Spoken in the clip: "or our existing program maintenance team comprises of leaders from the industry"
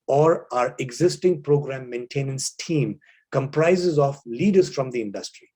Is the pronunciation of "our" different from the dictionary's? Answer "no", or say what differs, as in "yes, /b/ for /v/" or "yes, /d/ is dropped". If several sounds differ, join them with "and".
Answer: no